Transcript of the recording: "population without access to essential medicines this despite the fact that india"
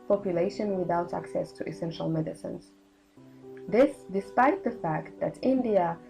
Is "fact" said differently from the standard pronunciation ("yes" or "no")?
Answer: no